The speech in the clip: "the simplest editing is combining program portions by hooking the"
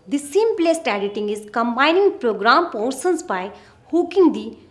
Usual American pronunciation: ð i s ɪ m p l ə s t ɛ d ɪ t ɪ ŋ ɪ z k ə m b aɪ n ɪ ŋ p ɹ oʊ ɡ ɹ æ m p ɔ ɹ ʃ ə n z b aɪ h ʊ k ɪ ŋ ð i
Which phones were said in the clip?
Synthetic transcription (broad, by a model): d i s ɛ m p l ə s t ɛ d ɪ t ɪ ŋ ɪ z k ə m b aɪ n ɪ ŋ p ɹ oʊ ɡ ɹ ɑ m p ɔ ɹ s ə n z b aɪ h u k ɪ ŋ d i